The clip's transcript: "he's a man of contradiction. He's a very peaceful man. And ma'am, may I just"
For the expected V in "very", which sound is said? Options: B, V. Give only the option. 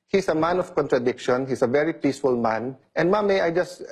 V